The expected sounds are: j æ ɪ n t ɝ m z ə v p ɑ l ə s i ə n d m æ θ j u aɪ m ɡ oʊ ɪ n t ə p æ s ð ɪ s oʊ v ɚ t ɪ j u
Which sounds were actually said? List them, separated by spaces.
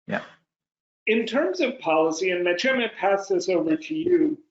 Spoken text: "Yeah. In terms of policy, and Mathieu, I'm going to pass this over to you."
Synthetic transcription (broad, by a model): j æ ɪ n t ɝ m z ə v p ɑ l ə s i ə n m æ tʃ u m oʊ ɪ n p æ s ð ɪ s oʊ v ɚ t ɪ j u